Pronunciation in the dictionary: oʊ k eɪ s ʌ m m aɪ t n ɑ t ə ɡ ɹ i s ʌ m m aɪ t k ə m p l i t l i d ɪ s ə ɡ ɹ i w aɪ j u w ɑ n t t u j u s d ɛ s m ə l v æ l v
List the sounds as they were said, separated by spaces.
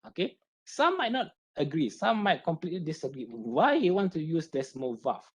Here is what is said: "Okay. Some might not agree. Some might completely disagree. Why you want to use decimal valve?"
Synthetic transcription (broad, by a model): oʊ k eɪ s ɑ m m aɪ t n ɑ t ə ɡ ɹ i s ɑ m m aɪ t k ə m p l i t l i d ɪ s ə ɡ ɹ i w aɪ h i w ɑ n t t u j u s d ɛ s m ə l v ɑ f